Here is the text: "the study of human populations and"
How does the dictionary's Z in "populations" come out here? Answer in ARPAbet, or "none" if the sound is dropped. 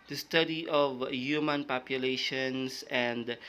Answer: S